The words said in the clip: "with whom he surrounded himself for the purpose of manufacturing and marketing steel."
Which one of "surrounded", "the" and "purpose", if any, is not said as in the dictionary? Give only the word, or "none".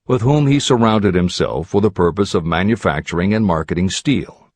none